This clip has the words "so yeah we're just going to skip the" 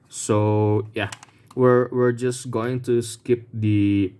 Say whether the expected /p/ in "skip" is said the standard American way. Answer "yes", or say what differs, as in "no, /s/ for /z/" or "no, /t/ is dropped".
yes